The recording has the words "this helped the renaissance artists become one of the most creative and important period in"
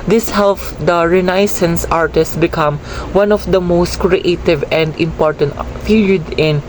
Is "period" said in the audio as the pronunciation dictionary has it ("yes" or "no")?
no